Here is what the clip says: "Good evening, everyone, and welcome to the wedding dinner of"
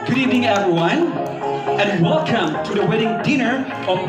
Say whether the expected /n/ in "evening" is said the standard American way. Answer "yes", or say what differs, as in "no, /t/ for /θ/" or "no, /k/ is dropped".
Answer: no, /n/ is dropped